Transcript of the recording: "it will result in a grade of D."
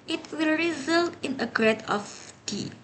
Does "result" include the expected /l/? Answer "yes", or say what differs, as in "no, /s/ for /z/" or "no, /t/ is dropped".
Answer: yes